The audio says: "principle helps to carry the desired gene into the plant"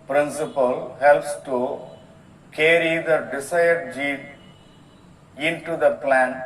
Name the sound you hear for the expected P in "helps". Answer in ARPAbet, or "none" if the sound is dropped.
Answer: P